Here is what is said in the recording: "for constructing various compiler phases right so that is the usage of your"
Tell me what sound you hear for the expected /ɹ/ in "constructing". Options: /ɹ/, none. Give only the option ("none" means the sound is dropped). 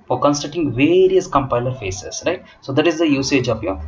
none